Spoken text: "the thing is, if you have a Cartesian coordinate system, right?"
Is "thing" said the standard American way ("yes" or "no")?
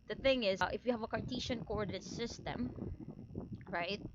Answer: yes